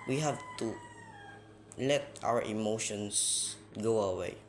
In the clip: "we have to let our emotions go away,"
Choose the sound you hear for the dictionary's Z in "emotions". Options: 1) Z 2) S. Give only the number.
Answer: 2